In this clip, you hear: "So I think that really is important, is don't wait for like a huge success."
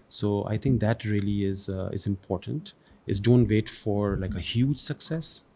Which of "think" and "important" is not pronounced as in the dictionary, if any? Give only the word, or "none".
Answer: think